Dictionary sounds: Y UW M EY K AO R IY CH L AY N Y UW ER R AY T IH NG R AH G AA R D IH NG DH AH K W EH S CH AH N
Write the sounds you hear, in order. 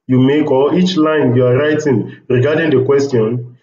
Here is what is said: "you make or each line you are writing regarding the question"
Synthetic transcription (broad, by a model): Y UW M EY K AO L IY CH L AY N Y UW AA R AY T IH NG R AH G AA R D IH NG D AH K W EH S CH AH N